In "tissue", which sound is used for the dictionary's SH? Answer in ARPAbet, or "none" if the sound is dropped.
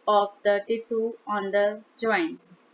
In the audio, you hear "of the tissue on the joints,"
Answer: S